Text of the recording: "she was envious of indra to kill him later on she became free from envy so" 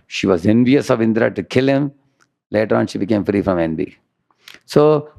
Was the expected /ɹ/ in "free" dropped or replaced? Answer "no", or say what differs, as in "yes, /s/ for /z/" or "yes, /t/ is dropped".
no